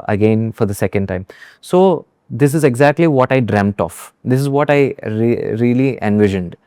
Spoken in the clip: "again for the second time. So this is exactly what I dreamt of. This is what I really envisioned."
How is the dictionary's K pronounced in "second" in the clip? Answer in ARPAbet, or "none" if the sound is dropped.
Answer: K